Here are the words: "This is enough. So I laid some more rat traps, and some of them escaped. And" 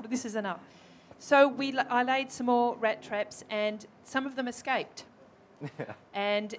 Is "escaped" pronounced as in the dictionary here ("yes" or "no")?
yes